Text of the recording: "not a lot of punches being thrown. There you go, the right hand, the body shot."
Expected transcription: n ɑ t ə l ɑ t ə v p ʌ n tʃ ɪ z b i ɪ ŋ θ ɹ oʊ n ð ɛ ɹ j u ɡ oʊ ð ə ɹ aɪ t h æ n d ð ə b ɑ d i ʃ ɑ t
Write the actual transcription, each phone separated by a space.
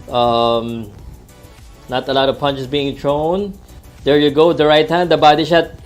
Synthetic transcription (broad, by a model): n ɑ t ə l ɑ t ə v p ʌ n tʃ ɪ s b i ɪ ŋ t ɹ oʊ n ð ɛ ɹ j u ɡ oʊ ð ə ɹ aɪ t h æ n d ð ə b ɑ d i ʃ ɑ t